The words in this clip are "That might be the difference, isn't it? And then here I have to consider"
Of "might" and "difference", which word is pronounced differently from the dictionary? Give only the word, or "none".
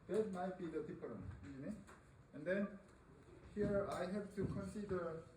difference